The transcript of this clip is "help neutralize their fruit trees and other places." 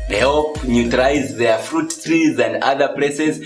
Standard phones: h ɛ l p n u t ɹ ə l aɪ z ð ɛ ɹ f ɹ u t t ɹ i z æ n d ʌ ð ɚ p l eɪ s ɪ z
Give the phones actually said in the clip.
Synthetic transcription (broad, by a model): h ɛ l p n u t ə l aɪ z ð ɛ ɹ f ɹ u t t ɹ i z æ n d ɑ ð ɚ p l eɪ s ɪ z